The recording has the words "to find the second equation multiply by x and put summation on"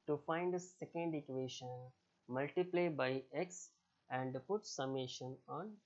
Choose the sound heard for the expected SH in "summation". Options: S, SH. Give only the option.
SH